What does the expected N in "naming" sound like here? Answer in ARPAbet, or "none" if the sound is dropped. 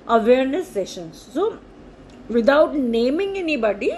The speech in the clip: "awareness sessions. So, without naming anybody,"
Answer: N